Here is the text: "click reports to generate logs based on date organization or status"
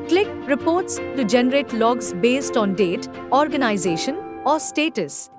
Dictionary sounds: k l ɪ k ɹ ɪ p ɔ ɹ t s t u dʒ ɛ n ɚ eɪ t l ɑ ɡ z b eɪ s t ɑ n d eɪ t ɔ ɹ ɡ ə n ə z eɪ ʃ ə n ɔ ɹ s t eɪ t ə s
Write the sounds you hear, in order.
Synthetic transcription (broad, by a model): k l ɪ k ɹ ɪ p ɔ ɹ t s t u dʒ ɛ n ɚ eɪ t l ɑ ɡ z b eɪ s t ɑ n d eɪ t ɔ ɹ ɡ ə n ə z eɪ ʃ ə n ɔ ɹ s t eɪ t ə s